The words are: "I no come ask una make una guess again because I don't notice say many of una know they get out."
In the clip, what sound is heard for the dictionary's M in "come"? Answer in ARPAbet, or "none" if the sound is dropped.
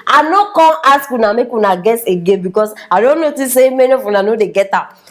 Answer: none